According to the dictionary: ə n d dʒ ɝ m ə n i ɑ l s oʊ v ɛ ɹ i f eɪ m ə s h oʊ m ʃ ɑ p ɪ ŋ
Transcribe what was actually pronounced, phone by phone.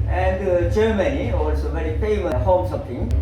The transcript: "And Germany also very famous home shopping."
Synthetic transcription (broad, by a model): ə n d dʒ ɝ m ə n i ɑ l s oʊ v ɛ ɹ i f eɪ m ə h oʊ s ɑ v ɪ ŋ